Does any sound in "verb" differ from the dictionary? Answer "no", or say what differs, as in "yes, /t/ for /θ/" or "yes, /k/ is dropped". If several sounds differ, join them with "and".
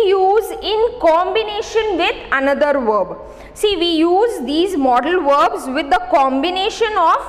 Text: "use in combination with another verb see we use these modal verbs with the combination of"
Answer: no